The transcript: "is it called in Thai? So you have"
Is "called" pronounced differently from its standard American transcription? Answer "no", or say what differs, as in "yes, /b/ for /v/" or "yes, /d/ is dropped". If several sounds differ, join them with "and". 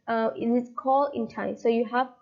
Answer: yes, /d/ is dropped